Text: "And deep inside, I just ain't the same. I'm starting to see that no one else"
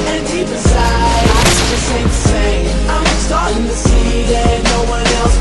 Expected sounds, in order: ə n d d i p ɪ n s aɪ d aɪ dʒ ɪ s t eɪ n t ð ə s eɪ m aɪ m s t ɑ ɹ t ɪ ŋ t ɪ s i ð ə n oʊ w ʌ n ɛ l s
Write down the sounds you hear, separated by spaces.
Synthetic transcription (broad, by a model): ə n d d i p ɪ s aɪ aɪ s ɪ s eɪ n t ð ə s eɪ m aɪ m s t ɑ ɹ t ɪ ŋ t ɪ s i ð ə n oʊ w ʌ n ɛ l s